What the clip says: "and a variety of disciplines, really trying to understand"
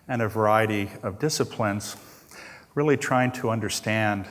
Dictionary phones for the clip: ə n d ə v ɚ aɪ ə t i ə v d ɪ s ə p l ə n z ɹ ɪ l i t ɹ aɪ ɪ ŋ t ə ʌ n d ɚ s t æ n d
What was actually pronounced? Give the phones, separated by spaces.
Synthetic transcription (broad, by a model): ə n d ə v ɚ aɪ ə t i ə v d ɪ s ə p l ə n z ɹ ɪ l i t ɹ aɪ ɪ ŋ t ə ʌ n d ɚ s t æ n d